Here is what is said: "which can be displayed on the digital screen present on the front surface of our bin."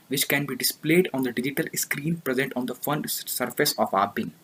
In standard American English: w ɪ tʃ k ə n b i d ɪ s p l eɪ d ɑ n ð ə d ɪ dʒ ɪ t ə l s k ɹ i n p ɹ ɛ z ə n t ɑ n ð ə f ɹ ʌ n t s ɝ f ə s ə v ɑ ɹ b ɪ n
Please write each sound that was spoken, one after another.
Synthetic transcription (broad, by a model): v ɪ tʃ k ə n b i d ɪ s p l eɪ d ɑ n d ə d ɪ dʒ ɪ t ə l s k ɹ i n p ɹ ɛ z ə n t ɑ n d ə f ʌ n s ɝ f ə s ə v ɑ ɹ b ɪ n